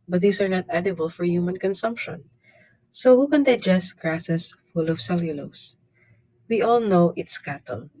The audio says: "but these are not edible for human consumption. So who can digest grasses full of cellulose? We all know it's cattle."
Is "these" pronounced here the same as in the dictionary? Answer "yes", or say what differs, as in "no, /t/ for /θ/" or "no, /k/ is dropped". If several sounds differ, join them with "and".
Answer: no, /s/ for /z/